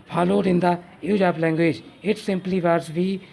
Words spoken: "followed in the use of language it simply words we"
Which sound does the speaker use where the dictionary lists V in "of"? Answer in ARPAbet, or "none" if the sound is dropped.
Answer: P